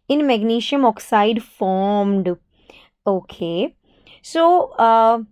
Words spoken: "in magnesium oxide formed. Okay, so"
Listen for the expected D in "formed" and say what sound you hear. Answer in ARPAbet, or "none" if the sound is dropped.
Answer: D